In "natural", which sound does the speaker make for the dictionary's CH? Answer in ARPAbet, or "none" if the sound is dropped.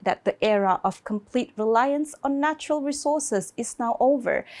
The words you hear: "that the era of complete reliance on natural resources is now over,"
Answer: CH